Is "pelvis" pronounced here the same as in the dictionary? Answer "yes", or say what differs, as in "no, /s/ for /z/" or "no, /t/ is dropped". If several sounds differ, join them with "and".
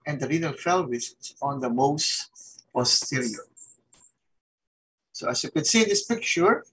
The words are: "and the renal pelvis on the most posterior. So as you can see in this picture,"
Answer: no, /f/ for /p/